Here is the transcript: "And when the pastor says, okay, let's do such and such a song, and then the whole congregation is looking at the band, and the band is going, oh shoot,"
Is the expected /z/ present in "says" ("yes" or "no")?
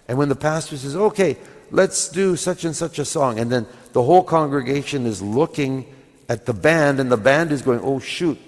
yes